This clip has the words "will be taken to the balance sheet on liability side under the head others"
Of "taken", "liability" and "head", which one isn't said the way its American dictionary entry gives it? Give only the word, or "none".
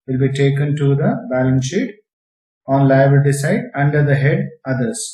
liability